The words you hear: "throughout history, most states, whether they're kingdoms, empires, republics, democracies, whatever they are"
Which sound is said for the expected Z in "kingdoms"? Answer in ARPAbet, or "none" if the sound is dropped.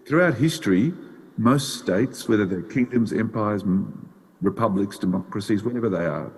Z